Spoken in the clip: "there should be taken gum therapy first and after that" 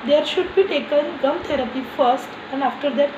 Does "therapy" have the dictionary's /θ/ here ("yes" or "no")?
no